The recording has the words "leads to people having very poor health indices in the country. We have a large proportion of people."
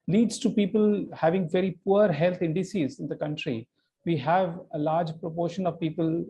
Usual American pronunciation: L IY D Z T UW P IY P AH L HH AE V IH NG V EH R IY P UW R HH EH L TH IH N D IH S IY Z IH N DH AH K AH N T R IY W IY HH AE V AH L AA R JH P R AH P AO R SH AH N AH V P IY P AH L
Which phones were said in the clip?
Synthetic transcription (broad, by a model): L IY D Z T UW P IY P AH L HH AE V IH NG V EH R IY P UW R HH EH L T IH N D IH S IY Z IH N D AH K AH N T R IY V IY HH AE V AH L AA R JH P R AH P AO R SH AH N AH V P IY P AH L